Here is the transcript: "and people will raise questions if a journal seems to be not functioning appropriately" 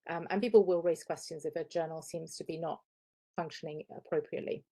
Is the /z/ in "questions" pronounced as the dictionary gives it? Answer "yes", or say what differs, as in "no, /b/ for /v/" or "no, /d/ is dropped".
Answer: yes